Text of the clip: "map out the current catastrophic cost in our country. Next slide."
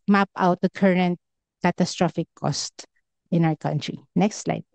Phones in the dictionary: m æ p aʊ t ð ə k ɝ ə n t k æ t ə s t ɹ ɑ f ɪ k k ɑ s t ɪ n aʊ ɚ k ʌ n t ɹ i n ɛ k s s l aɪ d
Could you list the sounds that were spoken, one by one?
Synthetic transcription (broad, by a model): m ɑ p aʊ t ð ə k ɝ ə n t k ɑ t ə s t ɹ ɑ f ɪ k k ɑ s t ɪ n aʊ ɚ k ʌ n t ɹ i n ɛ k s s l aɪ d